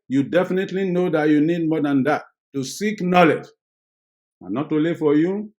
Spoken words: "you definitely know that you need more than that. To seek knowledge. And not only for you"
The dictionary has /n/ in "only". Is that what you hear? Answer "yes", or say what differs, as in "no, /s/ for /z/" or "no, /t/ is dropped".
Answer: no, /n/ is dropped